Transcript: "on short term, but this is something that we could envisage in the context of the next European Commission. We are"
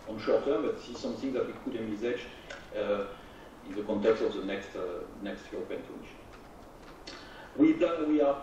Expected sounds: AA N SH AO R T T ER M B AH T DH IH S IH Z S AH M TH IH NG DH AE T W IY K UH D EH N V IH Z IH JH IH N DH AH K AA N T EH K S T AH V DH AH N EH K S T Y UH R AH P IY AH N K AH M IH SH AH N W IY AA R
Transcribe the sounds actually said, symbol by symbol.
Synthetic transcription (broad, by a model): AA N SH AO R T T ER M B AH T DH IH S IH Z S AH M TH IH NG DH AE T W IY K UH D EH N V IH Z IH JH IH N DH AH K AA N T EH K S T AH V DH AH N EH K S T Y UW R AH P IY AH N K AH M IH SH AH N W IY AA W